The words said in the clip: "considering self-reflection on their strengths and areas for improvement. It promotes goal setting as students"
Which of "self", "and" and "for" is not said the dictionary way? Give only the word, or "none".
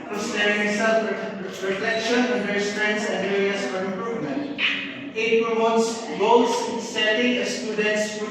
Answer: self